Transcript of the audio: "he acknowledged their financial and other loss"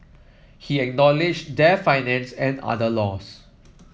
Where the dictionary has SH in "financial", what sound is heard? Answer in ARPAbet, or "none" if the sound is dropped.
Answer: S